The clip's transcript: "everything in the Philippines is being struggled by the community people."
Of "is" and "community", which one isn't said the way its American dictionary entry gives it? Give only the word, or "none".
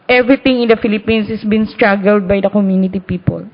is